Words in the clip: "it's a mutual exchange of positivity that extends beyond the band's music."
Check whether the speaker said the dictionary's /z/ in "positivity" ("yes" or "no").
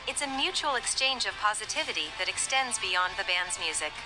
yes